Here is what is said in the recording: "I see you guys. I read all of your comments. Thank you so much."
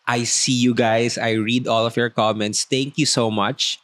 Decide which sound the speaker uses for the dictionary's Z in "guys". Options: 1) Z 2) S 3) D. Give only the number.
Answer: 2